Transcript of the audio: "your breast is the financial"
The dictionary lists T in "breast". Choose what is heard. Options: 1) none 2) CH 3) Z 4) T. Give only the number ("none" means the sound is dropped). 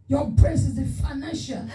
1